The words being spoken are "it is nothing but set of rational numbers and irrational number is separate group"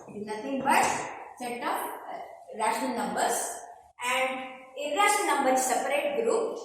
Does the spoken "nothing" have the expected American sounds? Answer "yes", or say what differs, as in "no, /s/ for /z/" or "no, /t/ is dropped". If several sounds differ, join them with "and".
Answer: no, /t/ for /θ/